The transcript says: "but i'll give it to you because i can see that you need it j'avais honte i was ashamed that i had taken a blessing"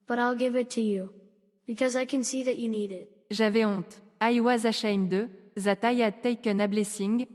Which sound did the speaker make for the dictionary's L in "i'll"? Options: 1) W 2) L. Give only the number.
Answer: 2